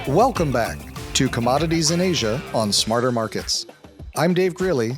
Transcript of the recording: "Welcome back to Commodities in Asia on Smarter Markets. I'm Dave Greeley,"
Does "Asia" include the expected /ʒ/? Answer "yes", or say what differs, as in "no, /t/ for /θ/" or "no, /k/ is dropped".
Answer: yes